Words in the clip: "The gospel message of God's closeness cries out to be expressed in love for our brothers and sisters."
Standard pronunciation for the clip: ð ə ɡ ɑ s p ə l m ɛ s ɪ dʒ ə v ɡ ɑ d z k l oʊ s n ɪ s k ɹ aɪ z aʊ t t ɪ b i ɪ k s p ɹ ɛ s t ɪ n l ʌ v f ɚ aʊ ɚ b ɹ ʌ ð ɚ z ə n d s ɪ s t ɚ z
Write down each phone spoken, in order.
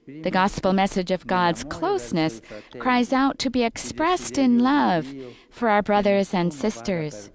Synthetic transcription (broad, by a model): ð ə ɡ ɑ s p l m ɛ s ɪ dʒ ə v ɡ ɑ d z k l oʊ s n ɪ s k ɹ aɪ z aʊ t t ɪ b i ɪ k s p ɹ ɛ s t ɪ n l ʌ v f ɚ aʊ ɚ b ɹ ʌ ð ɚ z ə n d s ɪ s t ɚ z